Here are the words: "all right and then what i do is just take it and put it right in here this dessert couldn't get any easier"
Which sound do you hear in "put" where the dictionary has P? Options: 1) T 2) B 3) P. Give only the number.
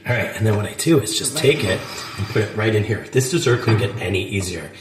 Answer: 3